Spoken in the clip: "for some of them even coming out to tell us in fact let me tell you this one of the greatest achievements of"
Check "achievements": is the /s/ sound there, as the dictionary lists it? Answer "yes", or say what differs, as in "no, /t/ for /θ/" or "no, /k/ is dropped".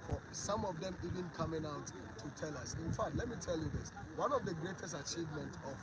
no, /s/ is dropped